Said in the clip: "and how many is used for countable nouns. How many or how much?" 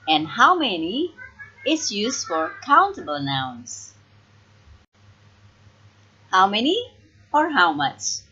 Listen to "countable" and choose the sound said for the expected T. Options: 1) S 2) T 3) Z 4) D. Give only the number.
2